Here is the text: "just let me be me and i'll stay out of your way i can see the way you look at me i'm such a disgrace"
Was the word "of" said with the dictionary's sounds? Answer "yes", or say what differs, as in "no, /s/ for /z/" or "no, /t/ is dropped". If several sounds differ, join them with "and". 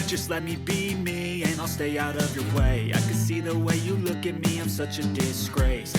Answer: yes